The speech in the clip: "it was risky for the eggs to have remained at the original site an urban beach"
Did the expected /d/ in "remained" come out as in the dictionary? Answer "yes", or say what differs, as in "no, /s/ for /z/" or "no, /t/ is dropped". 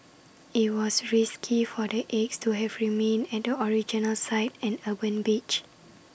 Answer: no, /d/ is dropped